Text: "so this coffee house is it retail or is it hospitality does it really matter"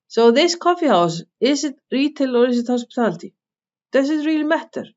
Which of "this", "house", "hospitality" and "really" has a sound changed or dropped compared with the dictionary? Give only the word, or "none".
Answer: hospitality